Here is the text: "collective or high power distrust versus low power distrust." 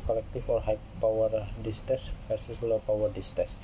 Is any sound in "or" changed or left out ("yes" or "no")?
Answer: yes